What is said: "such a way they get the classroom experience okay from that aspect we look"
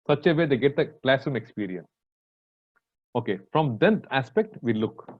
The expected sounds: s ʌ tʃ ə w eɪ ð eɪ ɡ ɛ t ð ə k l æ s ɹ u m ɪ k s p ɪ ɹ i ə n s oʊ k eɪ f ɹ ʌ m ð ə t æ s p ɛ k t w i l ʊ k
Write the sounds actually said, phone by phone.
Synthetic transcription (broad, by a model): s ʌ tʃ ə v eɪ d eɪ ɡ ɛ t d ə k l æ s ɹ u m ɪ k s p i ɹ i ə n s oʊ k eɪ f ɹ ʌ m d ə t æ s p ɛ k t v i l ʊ k